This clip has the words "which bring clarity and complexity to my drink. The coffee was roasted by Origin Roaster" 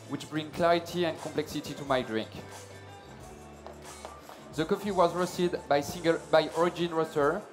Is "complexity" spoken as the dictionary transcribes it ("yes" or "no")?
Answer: yes